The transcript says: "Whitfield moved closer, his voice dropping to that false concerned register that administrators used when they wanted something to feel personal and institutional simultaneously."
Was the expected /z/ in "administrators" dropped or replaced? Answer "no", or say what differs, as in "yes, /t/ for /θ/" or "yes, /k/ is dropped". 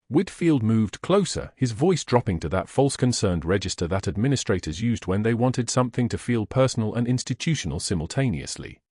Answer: no